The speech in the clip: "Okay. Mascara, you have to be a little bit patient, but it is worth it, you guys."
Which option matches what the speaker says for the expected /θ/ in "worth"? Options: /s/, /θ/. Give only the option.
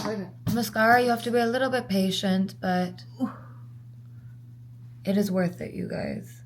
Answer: /θ/